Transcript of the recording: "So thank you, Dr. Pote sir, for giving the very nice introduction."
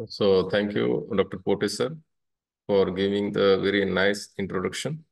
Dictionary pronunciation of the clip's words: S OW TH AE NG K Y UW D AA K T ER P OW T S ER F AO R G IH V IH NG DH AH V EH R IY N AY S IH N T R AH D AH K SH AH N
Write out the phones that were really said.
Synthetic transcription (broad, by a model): S OW T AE NG K Y UW D AA K T ER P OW T S ER F AO R G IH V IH NG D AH V EH R IY N AY S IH N T R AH D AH K SH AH N